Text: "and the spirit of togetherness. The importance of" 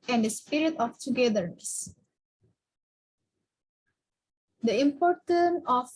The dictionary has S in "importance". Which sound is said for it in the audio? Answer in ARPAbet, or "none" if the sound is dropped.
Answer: none